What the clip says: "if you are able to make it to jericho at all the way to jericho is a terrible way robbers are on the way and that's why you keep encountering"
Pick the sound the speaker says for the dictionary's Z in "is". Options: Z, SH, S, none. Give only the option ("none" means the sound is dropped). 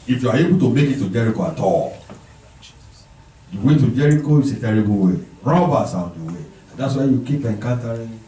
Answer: S